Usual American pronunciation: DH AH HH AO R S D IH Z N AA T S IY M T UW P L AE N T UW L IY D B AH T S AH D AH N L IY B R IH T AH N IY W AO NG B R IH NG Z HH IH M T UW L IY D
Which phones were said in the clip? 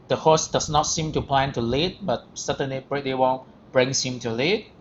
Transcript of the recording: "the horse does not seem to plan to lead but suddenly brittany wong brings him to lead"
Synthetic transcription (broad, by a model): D AH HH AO S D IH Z N AA T S IY M T UW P L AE N T UW L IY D B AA T S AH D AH N L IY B R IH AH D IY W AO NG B R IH NG S HH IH M T UW L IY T